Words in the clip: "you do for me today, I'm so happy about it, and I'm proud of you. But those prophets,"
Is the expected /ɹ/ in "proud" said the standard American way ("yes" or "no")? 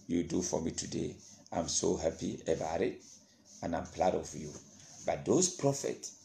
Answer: no